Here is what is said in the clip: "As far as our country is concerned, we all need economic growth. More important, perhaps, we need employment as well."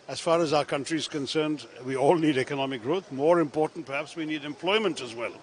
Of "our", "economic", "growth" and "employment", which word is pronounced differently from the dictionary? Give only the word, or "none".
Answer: none